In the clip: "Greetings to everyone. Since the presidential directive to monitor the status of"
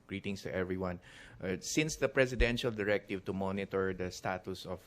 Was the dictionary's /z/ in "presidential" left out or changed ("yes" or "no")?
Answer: yes